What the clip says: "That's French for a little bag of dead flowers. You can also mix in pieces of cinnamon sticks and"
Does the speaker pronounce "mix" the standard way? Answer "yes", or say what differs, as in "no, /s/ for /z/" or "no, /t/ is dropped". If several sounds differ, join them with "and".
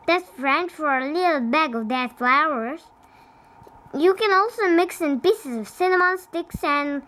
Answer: yes